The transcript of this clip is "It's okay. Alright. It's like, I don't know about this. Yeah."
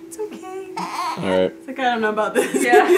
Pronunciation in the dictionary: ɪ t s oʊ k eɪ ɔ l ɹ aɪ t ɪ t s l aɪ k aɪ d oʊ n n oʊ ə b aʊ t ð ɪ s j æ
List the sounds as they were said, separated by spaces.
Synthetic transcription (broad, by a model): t oʊ k eɪ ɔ ɹ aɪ ɪ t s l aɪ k aɪ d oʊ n n oʊ ə b aʊ t ð ɪ s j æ